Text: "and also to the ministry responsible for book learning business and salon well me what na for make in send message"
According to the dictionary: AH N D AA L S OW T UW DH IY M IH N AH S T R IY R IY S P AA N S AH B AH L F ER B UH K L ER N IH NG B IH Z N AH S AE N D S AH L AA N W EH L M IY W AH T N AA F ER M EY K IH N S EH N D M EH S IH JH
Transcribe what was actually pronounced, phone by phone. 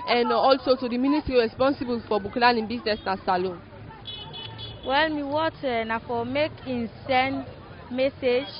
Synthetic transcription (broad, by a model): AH N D AA L S OW T UW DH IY M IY N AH S T R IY R IY S P AA N S AH B AH L F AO B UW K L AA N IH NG B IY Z N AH S N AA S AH L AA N W EH L M IY W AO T N AA F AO M EY K IH N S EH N M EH S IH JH